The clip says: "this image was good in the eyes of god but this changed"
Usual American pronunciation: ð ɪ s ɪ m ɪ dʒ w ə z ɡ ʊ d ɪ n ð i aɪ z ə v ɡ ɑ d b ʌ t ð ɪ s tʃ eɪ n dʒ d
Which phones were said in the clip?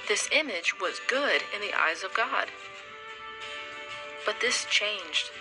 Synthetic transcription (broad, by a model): ð ɪ s ɪ m ɪ dʒ w ə z ɡ ʊ d ɪ n ð i aɪ z ə v ɡ ɑ d b ʌ t ð ɪ s tʃ eɪ n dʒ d